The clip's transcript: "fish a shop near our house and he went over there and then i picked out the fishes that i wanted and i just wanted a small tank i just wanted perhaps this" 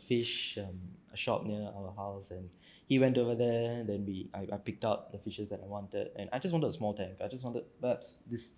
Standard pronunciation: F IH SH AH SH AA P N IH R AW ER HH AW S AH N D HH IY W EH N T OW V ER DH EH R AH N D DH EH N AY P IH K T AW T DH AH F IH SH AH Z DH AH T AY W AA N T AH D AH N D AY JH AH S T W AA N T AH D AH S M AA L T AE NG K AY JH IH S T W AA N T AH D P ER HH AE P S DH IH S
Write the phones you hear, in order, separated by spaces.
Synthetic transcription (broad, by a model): F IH SH AH SH AA P N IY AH AW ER HH AW S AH N HH IY W EH N T OW V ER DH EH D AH N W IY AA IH AY P IH K T AW T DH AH F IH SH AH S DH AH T AY W AA N T AH D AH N AY JH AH S W AA N T AH D AH S M AA L T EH NG K AY JH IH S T W AA N T AH D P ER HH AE P S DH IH S